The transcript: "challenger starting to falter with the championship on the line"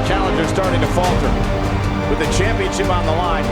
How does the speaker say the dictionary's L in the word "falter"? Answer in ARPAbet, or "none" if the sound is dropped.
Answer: L